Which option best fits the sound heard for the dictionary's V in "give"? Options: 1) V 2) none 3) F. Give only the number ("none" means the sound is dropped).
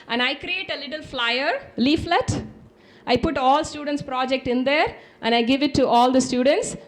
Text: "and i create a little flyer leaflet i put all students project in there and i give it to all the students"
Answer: 1